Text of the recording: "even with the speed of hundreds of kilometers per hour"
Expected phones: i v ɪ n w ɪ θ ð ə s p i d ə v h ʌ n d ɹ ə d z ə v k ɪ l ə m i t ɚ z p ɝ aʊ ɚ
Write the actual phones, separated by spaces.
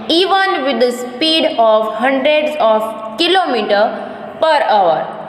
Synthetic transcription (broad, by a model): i v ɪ n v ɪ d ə s p i d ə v h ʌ n d ɹ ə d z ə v k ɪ l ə m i t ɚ p ɝ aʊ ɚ